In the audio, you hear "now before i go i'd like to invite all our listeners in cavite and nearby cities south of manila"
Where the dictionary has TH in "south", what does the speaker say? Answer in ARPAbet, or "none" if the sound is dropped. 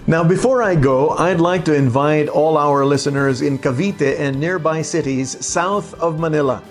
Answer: TH